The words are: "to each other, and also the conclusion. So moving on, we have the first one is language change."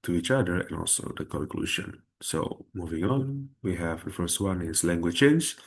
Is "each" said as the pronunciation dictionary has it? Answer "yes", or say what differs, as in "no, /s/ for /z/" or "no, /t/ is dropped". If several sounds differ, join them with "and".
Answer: yes